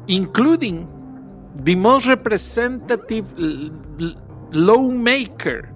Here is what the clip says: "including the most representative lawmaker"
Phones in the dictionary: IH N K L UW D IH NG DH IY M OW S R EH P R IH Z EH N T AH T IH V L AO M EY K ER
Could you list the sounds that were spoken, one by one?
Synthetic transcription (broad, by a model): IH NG K L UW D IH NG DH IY M OW S R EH P R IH S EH N T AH T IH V L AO M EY K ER